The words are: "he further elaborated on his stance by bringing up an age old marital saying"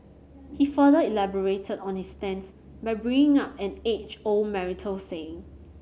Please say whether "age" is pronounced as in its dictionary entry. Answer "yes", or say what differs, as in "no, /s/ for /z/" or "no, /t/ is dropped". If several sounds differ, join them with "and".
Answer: no, /tʃ/ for /dʒ/